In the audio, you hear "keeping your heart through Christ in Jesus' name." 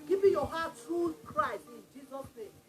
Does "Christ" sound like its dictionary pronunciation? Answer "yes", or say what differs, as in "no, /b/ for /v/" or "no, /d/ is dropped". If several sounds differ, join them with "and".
yes